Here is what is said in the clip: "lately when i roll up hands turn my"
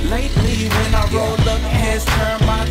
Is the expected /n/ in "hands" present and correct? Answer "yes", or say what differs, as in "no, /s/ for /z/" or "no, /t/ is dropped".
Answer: no, /n/ is dropped